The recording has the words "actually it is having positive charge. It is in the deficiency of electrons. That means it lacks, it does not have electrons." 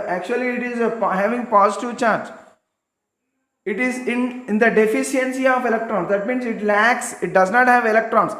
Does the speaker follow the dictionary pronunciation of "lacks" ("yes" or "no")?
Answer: yes